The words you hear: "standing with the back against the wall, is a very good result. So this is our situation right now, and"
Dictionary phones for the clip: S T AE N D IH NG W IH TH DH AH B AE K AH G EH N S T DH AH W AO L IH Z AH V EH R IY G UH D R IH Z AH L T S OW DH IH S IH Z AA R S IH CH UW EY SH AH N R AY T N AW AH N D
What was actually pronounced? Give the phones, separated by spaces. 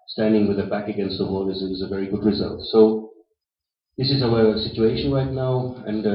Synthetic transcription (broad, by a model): S T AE N D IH NG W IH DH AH B AE K AH G EH N S T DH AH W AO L IH Z AH V EH R IY G UH D R IH Z AH L T S OW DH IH S IH Z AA W S IH CH UW EY SH AH N R AY T N AW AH N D